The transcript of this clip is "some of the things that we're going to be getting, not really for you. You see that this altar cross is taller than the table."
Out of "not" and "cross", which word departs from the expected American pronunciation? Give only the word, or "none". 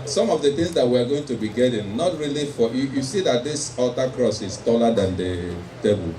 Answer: none